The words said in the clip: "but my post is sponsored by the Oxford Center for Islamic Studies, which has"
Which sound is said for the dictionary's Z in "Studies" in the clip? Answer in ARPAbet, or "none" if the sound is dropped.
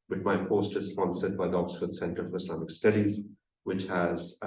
Z